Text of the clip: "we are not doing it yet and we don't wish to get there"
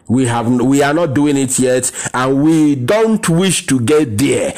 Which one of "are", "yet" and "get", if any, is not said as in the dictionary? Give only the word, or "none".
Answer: are